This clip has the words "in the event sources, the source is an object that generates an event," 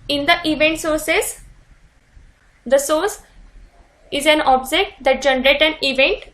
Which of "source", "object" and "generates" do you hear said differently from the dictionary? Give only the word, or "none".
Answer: generates